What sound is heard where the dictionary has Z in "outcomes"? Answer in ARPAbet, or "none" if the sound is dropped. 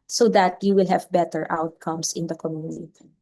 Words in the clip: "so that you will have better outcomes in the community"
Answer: S